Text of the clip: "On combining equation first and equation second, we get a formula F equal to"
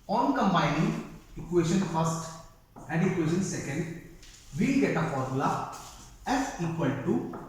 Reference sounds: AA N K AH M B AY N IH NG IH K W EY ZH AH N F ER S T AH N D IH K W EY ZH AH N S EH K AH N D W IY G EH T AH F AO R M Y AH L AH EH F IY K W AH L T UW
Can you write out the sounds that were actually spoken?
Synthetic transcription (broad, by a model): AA N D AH M AY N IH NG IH K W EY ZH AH N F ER S T AH N D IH K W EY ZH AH N S EH K AH N D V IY G EH T AH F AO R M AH L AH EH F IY K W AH L T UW